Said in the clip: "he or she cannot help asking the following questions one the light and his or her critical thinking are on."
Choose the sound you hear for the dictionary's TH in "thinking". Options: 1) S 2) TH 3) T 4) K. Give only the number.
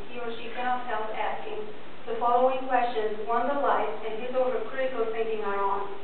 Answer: 3